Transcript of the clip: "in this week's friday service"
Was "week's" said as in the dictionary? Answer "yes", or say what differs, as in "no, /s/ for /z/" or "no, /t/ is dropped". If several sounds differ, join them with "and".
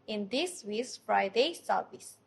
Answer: no, /k/ is dropped